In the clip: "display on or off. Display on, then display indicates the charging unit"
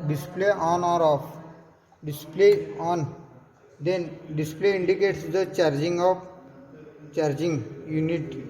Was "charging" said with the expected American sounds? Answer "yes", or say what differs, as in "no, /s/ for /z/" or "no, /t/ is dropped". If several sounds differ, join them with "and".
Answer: yes